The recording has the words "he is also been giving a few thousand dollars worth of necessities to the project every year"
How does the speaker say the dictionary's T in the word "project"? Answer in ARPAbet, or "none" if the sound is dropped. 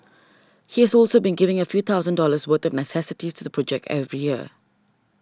T